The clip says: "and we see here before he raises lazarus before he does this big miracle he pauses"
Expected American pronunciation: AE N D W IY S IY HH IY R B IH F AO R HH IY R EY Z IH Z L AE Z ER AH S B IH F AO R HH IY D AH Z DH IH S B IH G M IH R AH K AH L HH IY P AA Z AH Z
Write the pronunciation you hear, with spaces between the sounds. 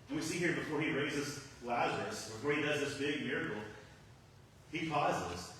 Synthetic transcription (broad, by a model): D W IY S IY HH IY R B IH F AO R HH IY R EY Z IH Z L AE Z ER AH S B IH F AO R HH IY D AH Z DH IH S B IH G M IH R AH K L HH IY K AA Z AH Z